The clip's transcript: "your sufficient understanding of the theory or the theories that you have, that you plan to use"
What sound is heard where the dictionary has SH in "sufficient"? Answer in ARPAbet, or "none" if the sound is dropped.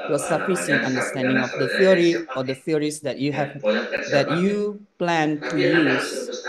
S